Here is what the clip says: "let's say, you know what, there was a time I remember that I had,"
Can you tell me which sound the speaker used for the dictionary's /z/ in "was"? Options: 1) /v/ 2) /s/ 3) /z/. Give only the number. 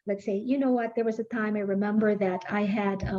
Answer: 3